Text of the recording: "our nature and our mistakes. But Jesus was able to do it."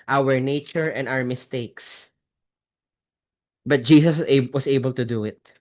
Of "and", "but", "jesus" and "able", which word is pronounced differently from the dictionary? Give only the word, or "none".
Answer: jesus